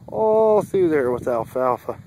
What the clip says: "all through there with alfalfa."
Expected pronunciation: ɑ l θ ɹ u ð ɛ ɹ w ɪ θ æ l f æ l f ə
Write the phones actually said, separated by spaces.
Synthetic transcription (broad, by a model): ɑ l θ u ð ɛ ɹ w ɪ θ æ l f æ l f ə